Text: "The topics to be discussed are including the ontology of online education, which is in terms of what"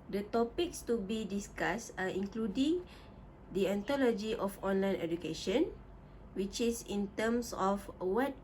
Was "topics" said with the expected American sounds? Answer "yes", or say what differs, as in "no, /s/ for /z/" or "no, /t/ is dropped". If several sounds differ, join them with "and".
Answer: yes